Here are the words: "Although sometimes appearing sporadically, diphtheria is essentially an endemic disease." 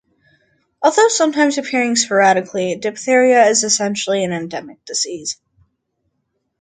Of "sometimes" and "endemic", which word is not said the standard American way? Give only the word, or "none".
none